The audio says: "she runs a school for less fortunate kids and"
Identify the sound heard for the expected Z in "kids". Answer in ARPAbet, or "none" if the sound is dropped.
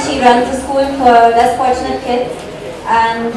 none